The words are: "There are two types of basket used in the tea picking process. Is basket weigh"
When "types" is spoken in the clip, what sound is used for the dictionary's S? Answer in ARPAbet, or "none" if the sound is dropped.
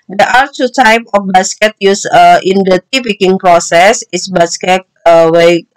none